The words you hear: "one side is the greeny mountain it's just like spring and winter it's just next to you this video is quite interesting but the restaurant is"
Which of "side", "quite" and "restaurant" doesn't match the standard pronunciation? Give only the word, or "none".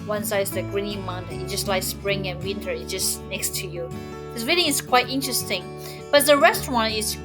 side